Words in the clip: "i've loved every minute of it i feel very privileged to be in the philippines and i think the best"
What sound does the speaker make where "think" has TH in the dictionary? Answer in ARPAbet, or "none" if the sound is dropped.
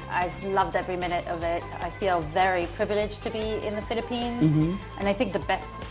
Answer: TH